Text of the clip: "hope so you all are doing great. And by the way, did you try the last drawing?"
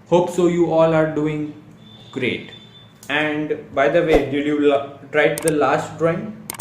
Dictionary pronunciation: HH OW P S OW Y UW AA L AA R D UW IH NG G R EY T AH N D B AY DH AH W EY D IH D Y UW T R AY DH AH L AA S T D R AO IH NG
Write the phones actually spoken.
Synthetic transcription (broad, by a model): HH OW P S OW Y UW AA L AA R D UW IH NG G R EY T AH N D B AY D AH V EY D IH D Y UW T R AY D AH L AA S T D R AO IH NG